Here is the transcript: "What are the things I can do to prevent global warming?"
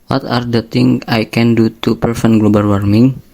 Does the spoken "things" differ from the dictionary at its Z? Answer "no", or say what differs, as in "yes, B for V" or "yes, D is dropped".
yes, Z is dropped